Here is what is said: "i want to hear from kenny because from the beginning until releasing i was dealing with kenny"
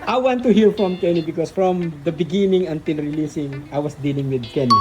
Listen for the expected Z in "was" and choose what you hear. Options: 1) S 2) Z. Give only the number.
1